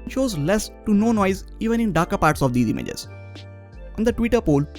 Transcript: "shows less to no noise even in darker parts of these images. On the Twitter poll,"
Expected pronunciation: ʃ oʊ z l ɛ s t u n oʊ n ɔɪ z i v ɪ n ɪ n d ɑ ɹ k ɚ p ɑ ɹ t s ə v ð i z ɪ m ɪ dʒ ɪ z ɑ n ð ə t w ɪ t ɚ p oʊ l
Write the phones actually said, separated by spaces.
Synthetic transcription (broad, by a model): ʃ oʊ z l ɛ s t u n oʊ n ɔɪ z i v ɪ n ɪ n d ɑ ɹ k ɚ p ɑ ɹ t s ə v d i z ɪ m ɪ dʒ ɪ z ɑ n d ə t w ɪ t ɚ p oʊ l